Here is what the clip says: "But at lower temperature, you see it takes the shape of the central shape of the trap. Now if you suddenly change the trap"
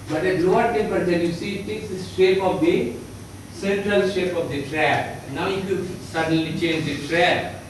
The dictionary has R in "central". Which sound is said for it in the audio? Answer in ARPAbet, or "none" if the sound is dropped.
R